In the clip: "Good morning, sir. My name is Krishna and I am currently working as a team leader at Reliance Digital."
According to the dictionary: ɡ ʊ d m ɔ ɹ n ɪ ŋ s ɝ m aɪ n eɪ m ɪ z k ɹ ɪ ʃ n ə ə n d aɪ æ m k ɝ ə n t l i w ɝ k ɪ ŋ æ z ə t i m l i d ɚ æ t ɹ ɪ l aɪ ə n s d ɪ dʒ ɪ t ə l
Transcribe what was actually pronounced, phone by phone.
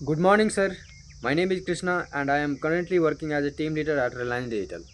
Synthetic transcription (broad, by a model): ɡ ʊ d m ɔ ɹ n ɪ ŋ s ɝ m aɪ n eɪ m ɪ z k ɹ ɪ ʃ n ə ə n d aɪ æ m k ɝ ə n t l i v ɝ k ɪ ŋ æ z ə t i m l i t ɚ æ t ɹ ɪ l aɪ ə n d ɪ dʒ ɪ t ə l